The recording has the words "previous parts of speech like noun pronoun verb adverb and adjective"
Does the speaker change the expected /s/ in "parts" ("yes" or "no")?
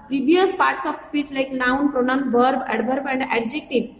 no